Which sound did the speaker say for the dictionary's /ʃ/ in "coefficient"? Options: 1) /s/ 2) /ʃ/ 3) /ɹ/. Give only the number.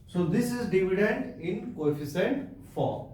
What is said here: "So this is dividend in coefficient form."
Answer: 1